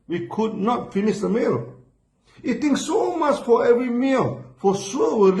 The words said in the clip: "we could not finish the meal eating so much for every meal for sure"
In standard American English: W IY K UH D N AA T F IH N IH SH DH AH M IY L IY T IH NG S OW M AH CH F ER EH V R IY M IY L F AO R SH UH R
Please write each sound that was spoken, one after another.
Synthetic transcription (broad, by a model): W IY K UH D N AA T F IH N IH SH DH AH M IY L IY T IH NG S OW M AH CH F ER EH V R IY M IY L F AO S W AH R